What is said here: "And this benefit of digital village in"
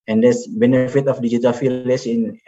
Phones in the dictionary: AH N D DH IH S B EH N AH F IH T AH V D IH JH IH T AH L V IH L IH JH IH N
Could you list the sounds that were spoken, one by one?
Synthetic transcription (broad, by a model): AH N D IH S B EH N AH F IH T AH F D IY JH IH T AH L F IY L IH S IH N